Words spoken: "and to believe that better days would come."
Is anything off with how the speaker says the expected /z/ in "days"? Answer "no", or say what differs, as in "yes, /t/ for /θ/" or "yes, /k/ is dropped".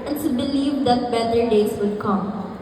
yes, /s/ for /z/